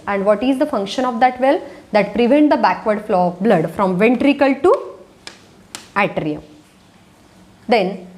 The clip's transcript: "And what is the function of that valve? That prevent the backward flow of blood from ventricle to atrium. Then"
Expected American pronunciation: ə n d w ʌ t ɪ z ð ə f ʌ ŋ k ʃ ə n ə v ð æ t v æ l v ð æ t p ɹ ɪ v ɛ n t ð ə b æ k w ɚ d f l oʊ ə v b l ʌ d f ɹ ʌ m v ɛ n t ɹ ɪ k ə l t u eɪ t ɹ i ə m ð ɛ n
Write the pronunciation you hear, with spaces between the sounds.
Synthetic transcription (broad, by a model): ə n d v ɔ t ɪ z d ə f ʌ ŋ k ʃ ə n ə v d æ t v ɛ l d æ t p ɹ ɪ v ɛ n t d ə b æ k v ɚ d f l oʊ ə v b l ʌ d f ɹ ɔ m v ɛ n t ɹ ɪ k ə l t u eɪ t ɹ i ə m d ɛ n